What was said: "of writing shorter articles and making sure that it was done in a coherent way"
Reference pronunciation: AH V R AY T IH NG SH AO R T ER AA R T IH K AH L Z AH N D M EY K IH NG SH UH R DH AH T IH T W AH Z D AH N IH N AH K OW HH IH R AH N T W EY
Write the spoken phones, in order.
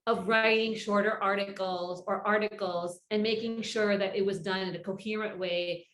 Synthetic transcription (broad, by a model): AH V R AY T IH NG SH AO R T ER AA R T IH K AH L Z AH N M EY K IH NG SH UH R DH AH T IH T W AH Z D AH N IH N AH K OW HH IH R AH N T W EY